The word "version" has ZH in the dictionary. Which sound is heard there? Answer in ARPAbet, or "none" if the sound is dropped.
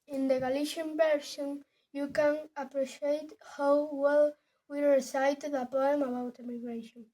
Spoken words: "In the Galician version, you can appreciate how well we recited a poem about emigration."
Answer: S